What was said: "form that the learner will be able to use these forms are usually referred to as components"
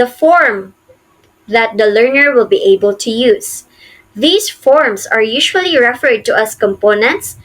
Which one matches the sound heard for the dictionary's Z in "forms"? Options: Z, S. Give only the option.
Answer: S